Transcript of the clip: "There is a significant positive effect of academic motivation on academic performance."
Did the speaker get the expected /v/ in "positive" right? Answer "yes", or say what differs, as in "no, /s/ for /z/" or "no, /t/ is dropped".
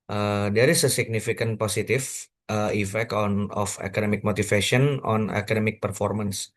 no, /f/ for /v/